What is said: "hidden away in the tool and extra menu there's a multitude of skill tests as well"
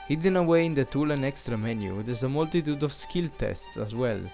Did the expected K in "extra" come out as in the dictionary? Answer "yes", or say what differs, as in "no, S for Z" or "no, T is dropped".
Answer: yes